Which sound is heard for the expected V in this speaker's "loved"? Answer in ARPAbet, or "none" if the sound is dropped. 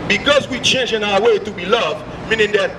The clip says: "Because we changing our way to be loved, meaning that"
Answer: V